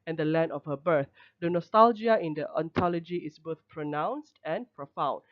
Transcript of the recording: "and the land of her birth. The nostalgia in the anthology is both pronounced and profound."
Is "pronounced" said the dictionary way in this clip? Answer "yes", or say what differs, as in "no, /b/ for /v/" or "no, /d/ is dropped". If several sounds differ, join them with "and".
yes